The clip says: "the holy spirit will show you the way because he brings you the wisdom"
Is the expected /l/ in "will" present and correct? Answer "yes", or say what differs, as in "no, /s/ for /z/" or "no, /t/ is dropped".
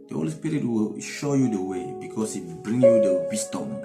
yes